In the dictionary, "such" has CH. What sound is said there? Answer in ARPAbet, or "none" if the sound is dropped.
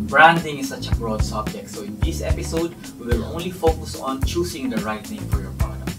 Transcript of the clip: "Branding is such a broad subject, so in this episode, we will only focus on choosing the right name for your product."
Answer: CH